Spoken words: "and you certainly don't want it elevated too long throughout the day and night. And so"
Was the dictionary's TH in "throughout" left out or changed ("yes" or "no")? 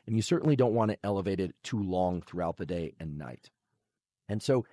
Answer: no